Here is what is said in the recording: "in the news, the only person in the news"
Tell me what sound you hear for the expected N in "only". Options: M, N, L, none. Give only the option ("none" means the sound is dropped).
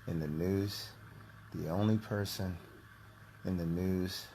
N